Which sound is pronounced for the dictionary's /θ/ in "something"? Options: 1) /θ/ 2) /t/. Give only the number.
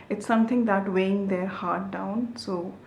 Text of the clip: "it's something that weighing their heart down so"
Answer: 2